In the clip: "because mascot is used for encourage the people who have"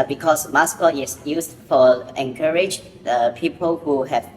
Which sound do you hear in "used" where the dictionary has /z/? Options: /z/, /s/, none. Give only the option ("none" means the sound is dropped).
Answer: /s/